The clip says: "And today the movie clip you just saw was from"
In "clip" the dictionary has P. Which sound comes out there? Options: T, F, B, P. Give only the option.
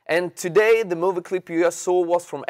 P